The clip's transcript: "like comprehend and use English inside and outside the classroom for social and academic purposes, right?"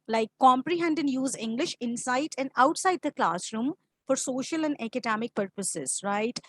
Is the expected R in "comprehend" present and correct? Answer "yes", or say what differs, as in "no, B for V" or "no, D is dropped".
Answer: yes